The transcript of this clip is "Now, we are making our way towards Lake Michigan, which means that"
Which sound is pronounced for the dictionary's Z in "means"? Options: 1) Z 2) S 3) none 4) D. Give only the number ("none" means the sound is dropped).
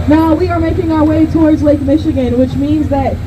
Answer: 1